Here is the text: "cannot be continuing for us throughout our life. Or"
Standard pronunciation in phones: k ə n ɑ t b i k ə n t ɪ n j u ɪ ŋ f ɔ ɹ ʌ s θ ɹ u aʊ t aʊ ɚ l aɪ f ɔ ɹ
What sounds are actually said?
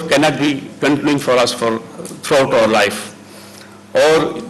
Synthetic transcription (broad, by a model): k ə n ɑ t b i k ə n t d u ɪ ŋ f ɔ ɹ ʌ s f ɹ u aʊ t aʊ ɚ l aɪ f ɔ ɹ